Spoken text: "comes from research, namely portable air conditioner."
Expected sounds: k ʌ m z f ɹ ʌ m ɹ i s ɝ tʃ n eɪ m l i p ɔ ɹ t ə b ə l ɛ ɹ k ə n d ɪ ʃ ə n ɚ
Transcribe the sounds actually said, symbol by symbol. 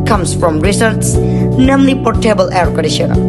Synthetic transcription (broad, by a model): k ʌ m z f ɹ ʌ m ɹ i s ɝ s n eɪ m l i p ɔ ɹ t ə b ə l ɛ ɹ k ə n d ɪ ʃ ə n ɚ